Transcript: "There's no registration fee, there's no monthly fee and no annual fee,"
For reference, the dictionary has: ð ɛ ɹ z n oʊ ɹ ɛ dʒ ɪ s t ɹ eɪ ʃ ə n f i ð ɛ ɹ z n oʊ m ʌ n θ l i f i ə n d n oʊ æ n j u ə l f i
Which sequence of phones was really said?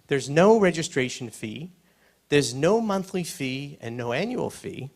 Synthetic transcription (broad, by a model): ð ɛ ɹ z n oʊ ɹ ɛ dʒ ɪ s t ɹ eɪ ʃ n f i ð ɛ ɹ z n oʊ m ʌ n θ l i f i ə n n oʊ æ n j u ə l f i